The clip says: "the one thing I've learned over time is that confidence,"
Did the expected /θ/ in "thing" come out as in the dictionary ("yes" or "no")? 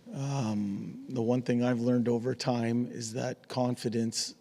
yes